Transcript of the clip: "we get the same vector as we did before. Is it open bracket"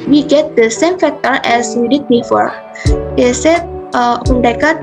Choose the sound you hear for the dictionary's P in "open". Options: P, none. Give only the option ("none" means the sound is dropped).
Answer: none